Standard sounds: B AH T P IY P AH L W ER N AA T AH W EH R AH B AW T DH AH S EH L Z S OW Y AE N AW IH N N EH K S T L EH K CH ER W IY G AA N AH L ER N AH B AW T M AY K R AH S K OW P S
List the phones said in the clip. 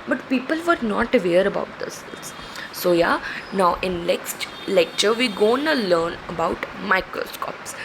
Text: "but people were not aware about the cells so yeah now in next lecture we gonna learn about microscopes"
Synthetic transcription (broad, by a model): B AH T P IY P AH L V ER N AA T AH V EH R AH B AW T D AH S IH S S OW Y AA N AW IH N L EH K S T L EH K CH ER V IY G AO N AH L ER N AH B AW T M AY K R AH S K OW P S